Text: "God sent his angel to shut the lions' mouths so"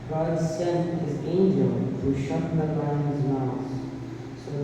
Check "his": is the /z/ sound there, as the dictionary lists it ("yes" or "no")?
yes